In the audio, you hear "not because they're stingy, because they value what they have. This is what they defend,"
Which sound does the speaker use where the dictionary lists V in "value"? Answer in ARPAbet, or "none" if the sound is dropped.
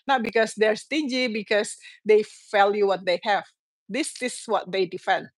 F